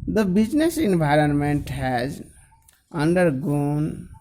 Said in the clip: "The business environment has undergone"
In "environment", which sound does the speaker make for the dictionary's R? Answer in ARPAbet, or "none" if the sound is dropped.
R